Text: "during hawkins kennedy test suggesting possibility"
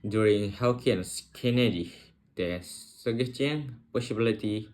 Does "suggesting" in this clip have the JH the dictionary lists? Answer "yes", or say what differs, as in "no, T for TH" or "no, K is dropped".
no, JH is dropped